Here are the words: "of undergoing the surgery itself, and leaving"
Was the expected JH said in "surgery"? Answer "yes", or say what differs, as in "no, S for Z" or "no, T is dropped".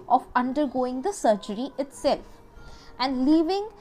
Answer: yes